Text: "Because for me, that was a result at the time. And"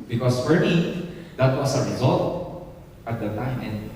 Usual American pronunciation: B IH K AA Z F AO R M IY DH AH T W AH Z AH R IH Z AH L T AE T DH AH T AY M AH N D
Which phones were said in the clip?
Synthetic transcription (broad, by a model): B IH K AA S F AO R M IY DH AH T W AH S AH R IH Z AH L T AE T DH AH T AY M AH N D